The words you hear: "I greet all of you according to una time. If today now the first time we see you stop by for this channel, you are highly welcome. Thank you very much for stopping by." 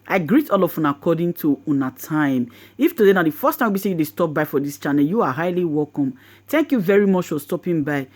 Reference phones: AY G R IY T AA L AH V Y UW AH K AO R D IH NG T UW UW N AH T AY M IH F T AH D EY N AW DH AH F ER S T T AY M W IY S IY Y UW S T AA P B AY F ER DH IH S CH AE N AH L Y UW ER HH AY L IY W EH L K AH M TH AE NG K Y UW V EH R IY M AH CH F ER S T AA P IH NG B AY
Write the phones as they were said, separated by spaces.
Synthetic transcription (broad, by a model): AY G R IY T AA L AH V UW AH K AO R D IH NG T UW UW N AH T AY M IH F T AH D EY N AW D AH F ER S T T AY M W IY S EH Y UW S T AA P B AY F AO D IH S CH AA N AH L Y UW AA HH AY L IY W EH L K AH M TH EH NG K Y UW V EH R IY M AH CH F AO S T AA P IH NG B AY